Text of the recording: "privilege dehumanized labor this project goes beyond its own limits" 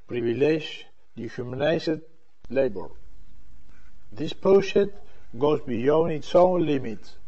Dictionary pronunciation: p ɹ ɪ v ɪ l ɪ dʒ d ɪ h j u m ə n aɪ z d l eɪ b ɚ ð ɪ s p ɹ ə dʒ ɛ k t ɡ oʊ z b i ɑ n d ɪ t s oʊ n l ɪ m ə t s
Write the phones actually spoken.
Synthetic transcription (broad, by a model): p ɹ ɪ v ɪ l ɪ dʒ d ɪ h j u m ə n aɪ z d l eɪ b ɚ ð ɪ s p ə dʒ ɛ t ɡ oʊ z b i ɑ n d ɪ t s oʊ n l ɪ m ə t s